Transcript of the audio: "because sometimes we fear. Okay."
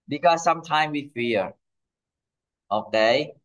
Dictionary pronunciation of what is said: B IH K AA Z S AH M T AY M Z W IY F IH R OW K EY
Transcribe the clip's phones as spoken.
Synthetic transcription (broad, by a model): B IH K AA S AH M T AY M W IY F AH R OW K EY